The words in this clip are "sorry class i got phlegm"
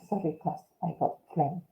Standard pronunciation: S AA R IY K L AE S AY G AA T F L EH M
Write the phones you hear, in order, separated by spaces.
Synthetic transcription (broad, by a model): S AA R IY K AE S AY G AA T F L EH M